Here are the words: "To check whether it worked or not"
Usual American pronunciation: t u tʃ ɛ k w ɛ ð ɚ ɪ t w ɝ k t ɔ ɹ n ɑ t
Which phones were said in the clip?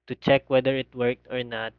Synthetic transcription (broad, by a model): t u tʃ ɛ k w ɛ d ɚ ɪ t w ɝ k t ɔ ɹ n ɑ t